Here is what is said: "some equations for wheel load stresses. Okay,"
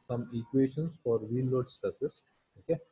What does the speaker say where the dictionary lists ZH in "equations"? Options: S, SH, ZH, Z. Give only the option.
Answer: SH